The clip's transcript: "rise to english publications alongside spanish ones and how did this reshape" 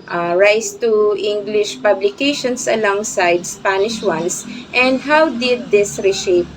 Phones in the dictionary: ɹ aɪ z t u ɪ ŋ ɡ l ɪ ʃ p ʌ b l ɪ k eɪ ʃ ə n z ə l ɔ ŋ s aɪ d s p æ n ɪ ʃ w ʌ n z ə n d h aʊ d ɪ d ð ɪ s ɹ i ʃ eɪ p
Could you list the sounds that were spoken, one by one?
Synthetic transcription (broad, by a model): ɹ aɪ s t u ɪ ŋ ɡ l ɪ ʃ p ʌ b l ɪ k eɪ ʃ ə n s ə l ɔ ŋ s aɪ d s p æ n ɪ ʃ w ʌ n s ə n d h aʊ d ɪ d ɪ s ɹ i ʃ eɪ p